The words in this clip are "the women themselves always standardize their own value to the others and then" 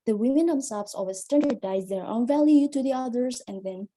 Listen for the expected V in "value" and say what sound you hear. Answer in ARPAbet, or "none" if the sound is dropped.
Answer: V